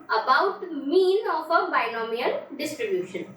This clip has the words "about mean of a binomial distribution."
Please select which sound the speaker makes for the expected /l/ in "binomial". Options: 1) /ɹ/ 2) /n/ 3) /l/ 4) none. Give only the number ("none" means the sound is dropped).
2